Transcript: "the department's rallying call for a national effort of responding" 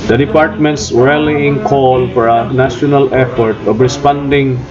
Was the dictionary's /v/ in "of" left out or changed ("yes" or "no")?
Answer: yes